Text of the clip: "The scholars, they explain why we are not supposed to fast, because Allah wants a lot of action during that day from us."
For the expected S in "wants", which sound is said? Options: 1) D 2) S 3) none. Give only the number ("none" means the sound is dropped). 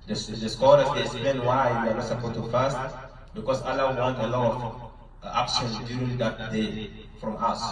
3